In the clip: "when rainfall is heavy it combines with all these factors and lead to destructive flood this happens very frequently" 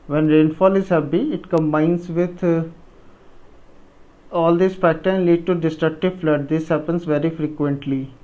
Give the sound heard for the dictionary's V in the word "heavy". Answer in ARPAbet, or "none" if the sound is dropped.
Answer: P